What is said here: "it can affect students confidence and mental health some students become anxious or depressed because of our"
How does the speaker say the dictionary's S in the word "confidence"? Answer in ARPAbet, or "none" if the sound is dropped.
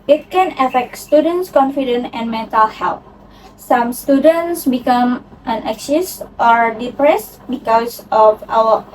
none